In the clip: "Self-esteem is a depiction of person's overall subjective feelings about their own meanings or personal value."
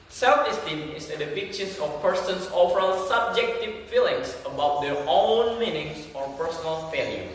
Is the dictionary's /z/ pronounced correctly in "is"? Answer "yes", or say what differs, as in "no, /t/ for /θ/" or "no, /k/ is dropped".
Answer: no, /s/ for /z/